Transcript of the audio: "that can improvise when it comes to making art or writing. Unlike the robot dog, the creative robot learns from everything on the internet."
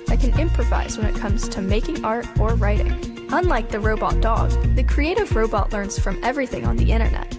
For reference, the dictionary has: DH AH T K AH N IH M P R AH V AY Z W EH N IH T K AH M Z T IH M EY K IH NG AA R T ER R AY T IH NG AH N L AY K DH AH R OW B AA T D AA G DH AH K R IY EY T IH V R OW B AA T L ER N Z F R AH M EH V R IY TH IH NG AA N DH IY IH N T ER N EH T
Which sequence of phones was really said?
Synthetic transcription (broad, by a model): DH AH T K AH N IH M P R AH V AY Z W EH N IH T K AH M Z T IH M EY K IH NG AA R T ER R AY T IH NG AH N L AY K DH AH R OW B AA T D AA G DH AH K R IY EY T IH V R OW B AA T L ER N Z F R AH M EH V R IY TH IH NG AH N DH IY IH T ER N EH T